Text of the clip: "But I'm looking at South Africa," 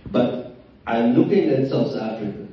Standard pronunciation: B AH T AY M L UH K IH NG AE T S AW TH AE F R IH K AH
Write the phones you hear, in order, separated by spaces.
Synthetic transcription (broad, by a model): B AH T AY M L UH K IH NG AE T S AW S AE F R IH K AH